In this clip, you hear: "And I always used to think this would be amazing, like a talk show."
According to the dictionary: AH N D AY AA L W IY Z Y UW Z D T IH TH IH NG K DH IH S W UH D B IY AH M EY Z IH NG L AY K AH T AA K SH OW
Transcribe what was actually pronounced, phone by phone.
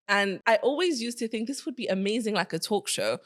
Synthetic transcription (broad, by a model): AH N AY AA L W IY Z Y UW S T IH TH IH NG K DH IH S W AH D B IY AH M EY Z IH NG L AY K AH T AA K SH OW